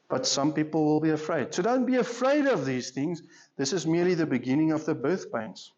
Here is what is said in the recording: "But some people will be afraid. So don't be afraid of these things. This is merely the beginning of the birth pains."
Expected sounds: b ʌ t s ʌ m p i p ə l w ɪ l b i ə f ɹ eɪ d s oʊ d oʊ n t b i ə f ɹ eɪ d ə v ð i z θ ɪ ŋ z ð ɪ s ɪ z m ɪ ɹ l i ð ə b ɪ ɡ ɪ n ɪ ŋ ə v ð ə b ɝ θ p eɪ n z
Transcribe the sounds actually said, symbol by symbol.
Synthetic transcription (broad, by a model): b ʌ t s ʌ m p i p ə l w ɪ l b i ə f ɹ eɪ d s oʊ d oʊ n t b i ə f ɹ eɪ d ə v ð i z θ ɪ ŋ z ð ɪ s ɪ z m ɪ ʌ l i ð ə b ɪ ɡ ɪ n ɪ ŋ ə v ð ə b ɝ θ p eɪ n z